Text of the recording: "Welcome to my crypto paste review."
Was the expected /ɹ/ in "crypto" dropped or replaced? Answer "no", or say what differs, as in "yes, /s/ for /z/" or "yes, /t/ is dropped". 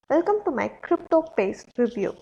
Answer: no